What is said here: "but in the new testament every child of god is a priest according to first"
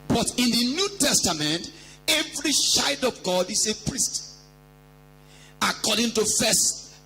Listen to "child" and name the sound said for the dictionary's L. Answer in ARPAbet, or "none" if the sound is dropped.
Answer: none